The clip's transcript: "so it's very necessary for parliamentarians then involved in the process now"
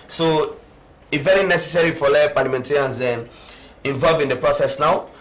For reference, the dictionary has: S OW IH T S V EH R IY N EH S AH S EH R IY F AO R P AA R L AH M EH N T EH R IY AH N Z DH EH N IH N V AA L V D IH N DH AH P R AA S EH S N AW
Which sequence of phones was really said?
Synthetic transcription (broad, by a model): S OW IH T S V EH R IY N EH S AH S EH R IY F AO L P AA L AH M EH N T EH R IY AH N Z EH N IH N V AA L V IH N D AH P R AA S EH S N AW